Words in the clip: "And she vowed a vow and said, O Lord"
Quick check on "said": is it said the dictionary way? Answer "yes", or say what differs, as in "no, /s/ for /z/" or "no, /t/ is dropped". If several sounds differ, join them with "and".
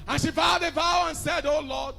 yes